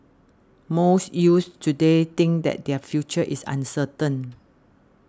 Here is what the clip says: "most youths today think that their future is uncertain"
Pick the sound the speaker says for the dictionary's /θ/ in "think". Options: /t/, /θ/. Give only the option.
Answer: /t/